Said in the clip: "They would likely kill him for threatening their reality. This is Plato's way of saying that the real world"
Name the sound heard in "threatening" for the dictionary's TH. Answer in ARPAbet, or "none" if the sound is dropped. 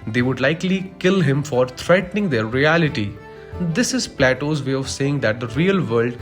T